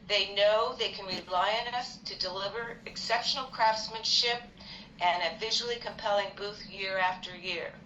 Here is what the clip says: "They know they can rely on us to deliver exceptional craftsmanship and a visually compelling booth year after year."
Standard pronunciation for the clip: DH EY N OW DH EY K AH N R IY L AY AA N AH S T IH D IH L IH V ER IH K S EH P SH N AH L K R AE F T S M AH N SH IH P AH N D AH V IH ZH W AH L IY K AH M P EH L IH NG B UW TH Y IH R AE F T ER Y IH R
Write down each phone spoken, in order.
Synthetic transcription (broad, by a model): DH EY N OW DH EY K AH N R IY L AY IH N AH S T IH D IH L IH V ER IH K S EH P SH N L K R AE F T S M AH N SH IH P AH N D AH V IH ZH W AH L IY K AH M P EH L IH NG B UW TH Y IH R AE F T ER Y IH R